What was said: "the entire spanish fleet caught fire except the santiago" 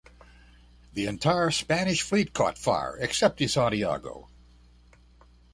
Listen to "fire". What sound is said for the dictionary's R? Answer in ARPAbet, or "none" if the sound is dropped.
R